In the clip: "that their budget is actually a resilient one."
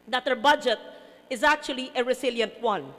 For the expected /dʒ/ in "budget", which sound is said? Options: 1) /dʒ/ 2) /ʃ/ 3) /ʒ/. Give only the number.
1